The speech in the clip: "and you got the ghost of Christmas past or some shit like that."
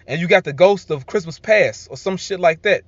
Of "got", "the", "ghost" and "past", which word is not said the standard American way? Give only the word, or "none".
past